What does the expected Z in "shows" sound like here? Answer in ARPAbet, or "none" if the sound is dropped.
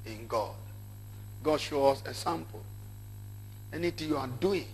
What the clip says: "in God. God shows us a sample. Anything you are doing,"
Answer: none